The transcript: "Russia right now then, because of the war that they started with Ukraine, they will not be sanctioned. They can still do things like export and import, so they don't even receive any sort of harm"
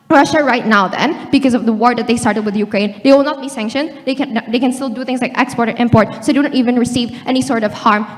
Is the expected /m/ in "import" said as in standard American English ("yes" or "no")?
yes